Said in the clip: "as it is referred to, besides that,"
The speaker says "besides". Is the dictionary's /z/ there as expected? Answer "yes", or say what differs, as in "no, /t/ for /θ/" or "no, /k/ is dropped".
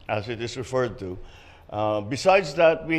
yes